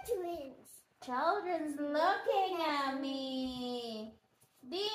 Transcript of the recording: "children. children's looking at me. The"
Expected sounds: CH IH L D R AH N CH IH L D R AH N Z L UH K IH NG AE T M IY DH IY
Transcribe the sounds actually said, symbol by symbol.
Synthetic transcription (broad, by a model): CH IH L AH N CH IH L D R AH N Z L UH K IH NG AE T M IY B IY